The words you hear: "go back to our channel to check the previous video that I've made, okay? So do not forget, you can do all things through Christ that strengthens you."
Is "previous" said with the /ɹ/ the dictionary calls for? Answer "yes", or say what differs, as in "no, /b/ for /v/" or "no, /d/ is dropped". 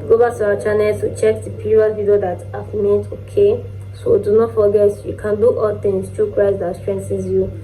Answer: no, /ɹ/ is dropped